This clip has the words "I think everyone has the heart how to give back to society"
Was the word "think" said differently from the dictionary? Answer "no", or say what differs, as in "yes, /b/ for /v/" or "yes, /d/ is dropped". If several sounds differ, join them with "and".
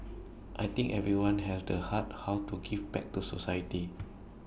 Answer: yes, /t/ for /θ/